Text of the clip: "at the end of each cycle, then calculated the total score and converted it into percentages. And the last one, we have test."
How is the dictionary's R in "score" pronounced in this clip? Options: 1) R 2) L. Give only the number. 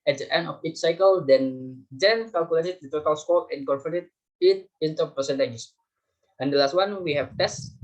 2